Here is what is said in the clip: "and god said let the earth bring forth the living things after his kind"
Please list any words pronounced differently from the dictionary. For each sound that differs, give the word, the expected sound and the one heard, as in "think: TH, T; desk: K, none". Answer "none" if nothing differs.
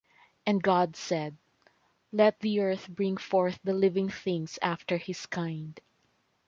things: Z, S; his: Z, S